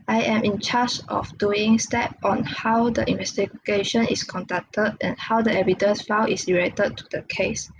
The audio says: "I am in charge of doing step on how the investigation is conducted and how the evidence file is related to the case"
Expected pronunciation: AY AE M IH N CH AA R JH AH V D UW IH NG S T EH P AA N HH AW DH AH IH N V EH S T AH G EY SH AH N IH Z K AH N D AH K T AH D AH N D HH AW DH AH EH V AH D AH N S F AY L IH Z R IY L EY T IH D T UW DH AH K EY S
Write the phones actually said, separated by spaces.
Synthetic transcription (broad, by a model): AY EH M IH N CH AA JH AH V D UW IH NG S T EH P AA N HH AW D AH IH N V EH S T AH G EY SH AH N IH S K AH N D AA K T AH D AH N HH AW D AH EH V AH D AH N S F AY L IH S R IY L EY T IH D T UW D AH K EY S